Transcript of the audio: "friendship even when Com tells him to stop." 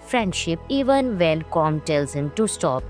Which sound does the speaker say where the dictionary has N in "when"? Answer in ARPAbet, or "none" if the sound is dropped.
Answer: L